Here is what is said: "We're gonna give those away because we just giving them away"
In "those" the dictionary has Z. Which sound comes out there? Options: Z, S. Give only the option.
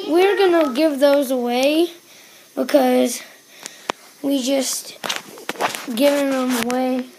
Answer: Z